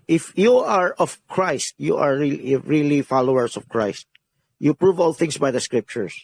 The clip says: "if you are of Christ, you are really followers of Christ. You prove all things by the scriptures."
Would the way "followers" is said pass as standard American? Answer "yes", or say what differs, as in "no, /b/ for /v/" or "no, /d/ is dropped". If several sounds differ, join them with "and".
no, /s/ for /z/